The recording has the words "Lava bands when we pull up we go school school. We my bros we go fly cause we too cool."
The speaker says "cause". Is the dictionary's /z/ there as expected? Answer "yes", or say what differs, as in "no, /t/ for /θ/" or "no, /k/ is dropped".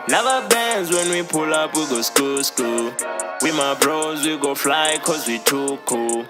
yes